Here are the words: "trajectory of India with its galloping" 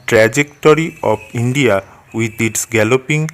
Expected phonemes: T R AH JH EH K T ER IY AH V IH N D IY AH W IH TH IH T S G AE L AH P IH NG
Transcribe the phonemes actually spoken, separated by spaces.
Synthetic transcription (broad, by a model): T R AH JH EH K T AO IY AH P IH N D IY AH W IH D IH T S G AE L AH P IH NG